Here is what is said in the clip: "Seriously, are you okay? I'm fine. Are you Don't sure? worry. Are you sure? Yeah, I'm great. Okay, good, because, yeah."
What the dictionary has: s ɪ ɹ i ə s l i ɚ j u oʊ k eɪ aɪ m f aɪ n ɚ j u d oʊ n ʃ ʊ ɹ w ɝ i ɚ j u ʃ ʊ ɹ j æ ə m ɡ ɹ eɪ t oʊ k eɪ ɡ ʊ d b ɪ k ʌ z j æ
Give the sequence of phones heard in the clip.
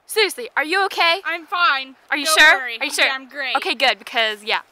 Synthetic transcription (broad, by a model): s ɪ ɹ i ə s l i ɚ j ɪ oʊ k eɪ aɪ m f aɪ n ɚ j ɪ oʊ ʃ ʊ ɹ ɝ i ɚ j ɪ ʃ ʊ ɹ ə m ɡ ɹ eɪ oʊ k eɪ ɡ ʊ d b ɪ k ʌ z j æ